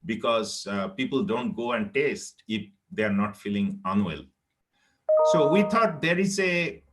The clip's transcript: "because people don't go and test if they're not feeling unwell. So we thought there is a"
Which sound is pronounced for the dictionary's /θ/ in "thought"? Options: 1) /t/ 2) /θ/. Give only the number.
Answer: 1